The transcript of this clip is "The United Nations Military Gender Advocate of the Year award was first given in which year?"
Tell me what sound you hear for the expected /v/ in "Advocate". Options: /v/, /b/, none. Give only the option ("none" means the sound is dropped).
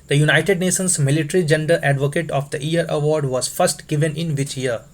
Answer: /v/